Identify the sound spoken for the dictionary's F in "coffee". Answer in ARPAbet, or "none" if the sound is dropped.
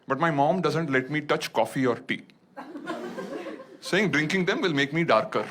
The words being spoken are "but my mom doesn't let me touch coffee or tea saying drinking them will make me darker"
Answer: F